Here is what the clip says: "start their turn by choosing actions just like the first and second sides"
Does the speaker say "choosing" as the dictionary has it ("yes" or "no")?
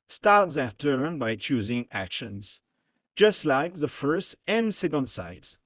yes